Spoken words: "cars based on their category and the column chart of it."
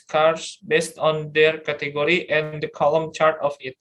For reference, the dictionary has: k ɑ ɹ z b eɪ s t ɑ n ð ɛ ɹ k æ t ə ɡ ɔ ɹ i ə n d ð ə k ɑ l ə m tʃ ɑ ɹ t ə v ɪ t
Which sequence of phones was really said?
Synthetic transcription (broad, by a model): k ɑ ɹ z b eɪ s t ɑ n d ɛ ɹ k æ t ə ɡ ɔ ɹ i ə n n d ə k ɑ l ə m tʃ ɑ ɹ t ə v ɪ t